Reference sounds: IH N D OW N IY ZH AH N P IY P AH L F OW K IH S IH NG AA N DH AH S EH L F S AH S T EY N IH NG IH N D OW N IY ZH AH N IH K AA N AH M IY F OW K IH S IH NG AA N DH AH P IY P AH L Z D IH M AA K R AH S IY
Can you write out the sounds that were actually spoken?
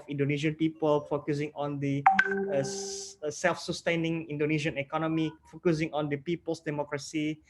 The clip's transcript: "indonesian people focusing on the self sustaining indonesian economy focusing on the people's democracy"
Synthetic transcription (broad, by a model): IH N D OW N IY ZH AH N P IY P AH L F OW K IH S IH NG AA N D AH S EH L F S AH S T EY N IH NG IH N D OW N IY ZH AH N IH K AA N AH M IY F OW K IH S IH NG AA N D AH P IY P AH L S D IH M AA K R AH S IY